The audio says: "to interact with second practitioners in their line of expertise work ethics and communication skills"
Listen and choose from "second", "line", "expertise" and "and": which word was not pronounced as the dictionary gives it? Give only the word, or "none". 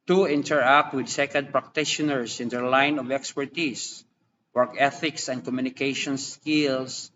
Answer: expertise